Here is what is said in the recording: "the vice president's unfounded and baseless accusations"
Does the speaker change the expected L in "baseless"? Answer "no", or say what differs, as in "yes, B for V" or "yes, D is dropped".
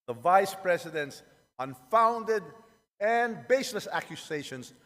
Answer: no